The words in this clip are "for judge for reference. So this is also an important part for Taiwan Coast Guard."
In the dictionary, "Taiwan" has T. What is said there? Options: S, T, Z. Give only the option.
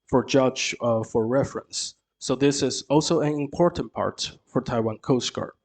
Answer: T